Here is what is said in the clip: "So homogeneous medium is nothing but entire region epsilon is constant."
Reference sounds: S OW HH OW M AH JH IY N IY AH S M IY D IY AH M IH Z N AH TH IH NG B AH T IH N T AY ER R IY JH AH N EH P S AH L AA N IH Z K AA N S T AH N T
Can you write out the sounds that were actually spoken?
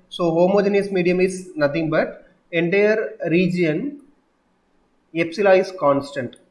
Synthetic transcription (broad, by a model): S OW HH OW M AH JH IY N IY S M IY D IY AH M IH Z N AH T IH NG B AH T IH N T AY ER R IY JH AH N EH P S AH L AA IH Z K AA N S T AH N T